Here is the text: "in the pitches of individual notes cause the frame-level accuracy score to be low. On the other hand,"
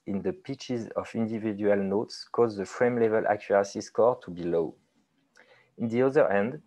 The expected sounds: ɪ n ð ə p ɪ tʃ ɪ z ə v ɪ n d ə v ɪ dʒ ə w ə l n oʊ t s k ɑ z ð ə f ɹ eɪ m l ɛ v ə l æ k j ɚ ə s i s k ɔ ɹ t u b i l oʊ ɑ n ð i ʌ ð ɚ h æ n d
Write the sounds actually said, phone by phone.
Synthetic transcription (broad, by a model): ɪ n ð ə p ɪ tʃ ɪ z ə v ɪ n d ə v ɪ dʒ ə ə l n oʊ t s k ɑ z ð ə f ɹ eɪ m l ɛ v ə l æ k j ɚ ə s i s k ɔ ɹ t u b i l oʊ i n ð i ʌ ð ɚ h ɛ n d